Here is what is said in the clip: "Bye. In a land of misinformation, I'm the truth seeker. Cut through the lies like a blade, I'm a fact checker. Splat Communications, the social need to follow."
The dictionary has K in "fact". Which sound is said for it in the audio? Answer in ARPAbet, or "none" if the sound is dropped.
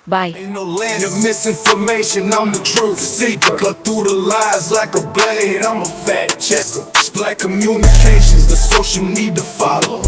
none